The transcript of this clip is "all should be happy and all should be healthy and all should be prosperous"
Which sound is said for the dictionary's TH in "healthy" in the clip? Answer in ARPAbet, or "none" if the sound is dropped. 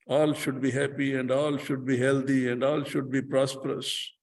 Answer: T